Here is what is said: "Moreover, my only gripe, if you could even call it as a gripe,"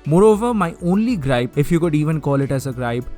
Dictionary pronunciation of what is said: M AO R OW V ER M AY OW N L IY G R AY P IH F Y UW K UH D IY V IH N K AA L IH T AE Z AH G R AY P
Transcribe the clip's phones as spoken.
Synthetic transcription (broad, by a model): M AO R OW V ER M AY OW N L IY G R AY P IH F Y UW K UH D IY V IH N K AA L IH T AE Z AH G R AY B